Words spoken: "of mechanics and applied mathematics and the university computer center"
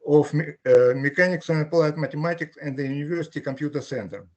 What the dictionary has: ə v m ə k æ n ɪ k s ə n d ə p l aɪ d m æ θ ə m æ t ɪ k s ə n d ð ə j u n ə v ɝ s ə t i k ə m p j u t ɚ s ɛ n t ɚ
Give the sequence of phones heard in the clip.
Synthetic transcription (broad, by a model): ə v m ə k æ n ɪ k s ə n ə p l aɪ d m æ t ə m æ t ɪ k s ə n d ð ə j u n ə v ɝ s ə t i k ə m p j u t ɚ s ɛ n t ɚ